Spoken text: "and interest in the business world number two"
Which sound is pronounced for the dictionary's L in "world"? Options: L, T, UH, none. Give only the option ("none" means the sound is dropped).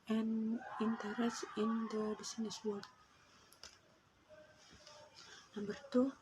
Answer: none